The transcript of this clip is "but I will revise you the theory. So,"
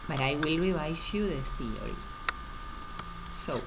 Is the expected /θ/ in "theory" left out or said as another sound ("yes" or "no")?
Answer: no